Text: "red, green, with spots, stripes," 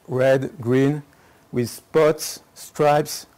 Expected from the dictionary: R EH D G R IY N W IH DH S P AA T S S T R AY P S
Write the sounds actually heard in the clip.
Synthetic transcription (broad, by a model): R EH D G R IY N W IH DH S P AA T S S T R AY P S